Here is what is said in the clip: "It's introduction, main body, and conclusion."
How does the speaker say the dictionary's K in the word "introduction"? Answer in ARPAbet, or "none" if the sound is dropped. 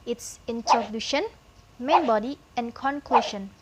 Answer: none